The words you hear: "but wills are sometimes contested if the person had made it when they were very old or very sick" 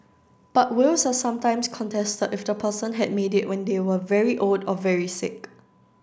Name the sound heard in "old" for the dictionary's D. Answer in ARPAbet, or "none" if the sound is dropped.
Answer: D